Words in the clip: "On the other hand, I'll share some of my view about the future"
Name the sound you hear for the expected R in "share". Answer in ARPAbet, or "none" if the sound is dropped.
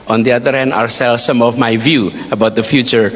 L